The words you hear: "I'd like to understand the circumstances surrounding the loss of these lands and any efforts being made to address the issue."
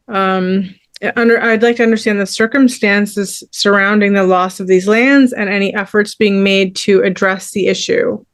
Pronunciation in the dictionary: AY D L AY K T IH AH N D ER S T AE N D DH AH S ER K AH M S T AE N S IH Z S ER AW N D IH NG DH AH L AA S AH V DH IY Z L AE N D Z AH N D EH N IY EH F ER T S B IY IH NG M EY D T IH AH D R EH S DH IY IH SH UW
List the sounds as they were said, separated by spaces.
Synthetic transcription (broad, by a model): AY D L AY K T IH AH N D ER S T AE N DH AH S ER K AH M S T AE N S IH Z S ER AW N D IH NG DH AH L AA S AH V DH IY Z L AE N D Z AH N EH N IY EH F ER T S B IY IH NG M EY D T IH AH D R EH S DH IY IH SH UW